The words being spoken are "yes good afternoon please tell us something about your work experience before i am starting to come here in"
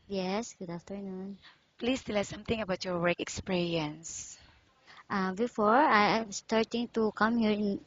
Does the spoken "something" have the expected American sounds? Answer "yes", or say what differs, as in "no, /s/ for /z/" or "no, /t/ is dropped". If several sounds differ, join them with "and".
no, /t/ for /θ/